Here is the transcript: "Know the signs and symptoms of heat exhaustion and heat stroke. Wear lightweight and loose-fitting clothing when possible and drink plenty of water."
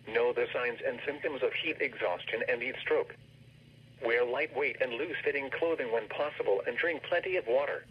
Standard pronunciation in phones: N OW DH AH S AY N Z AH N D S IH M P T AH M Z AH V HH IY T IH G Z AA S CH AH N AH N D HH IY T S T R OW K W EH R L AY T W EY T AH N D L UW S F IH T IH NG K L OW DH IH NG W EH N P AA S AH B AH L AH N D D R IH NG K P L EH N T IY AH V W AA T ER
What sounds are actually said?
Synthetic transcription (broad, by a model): N OW DH AH S AY N Z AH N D S IH M P T AH M Z AH V HH IY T IH G Z AA S CH AH N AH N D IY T S T R OW K W EH R L AY T W EY T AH N L UW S F IH T IH NG K L OW DH IH NG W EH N P AA S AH B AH L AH N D D R IH NG K P L EH N T IY AH V W AA T ER